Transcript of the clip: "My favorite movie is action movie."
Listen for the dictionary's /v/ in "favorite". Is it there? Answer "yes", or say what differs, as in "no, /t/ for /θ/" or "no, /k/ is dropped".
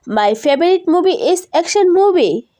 no, /b/ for /v/